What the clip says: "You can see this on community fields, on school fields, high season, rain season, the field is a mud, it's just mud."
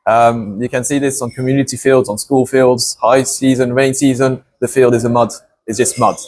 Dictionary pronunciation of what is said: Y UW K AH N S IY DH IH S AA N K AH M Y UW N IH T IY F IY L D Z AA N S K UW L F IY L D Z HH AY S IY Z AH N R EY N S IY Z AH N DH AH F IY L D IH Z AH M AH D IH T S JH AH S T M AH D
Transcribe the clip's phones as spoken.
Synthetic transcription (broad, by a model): Y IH K AH N S IY DH IH S N K AH M Y UW N IH T IY F IY L D Z N S K UW L F IY L D Z HH AY S IY Z AH N R EY N S IY Z AH N DH AH F IY L D IH Z AH M AH D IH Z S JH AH S T M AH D